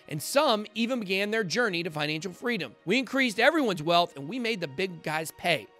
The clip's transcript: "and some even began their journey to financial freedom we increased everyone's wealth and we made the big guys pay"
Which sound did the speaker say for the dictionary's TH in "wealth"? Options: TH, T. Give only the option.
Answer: TH